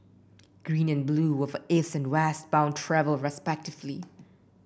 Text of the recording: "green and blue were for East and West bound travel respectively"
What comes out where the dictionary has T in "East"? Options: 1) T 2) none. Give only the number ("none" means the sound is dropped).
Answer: 2